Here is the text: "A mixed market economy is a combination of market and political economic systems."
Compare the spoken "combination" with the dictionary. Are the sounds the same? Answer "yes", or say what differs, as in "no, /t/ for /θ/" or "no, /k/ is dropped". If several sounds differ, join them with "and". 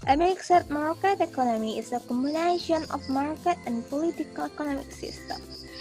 no, /b/ is dropped